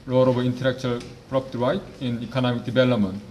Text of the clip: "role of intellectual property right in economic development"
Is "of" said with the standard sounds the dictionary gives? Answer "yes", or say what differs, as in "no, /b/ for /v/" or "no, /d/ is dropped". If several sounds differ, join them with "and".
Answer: no, /b/ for /v/